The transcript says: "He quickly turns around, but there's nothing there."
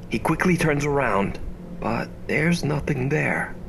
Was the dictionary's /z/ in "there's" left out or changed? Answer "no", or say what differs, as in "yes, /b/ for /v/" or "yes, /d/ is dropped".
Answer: no